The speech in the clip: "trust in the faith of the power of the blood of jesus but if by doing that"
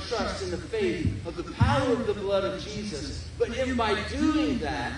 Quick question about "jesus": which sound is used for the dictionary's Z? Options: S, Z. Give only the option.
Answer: Z